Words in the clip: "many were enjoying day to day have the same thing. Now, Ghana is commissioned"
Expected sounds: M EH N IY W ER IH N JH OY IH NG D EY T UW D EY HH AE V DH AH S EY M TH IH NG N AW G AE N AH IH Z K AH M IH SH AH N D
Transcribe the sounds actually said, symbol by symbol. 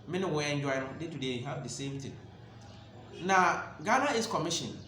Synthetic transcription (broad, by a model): M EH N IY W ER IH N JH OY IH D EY T UW D EY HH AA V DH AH S EY M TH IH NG N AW G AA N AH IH S K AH M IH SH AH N